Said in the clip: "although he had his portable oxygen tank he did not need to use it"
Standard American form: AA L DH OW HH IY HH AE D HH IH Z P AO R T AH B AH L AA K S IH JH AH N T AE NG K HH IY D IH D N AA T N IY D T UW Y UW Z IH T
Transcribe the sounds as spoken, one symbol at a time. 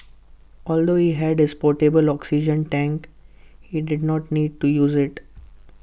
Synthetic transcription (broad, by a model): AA L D OW HH IY HH AE D HH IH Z P AO R T AH B AH L AA K S IH JH AH N T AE NG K HH IY D IH D N AA T N IY D T UW Y UW Z IH T